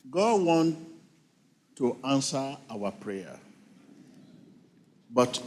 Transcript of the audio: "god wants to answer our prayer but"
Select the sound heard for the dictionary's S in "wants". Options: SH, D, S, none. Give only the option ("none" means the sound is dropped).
none